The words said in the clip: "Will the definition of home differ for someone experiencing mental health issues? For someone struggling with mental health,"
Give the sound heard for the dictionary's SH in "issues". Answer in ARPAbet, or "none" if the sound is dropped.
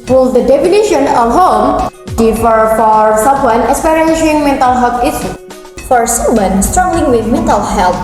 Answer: S